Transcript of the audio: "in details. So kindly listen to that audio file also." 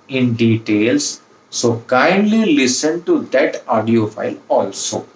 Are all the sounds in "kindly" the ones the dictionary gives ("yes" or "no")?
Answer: yes